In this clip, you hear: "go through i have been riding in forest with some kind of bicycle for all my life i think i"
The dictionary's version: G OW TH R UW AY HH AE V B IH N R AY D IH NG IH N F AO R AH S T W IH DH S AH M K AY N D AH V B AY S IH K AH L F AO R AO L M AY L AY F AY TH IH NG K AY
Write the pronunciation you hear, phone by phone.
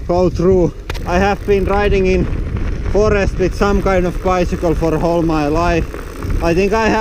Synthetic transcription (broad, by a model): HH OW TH R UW AY HH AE V B IH N R AY D IH NG IH N F AO R AH S T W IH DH S AH M K AY N D AH V B AY S IH K AH L F AO R AO L M AY L AY F AY TH IH NG K AY